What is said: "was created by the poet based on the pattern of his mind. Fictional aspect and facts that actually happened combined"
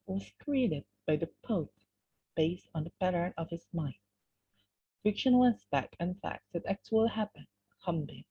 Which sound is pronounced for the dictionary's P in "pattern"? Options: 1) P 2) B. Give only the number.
2